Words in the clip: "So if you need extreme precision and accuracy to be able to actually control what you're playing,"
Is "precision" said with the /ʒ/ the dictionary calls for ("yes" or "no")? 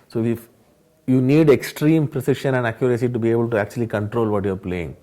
no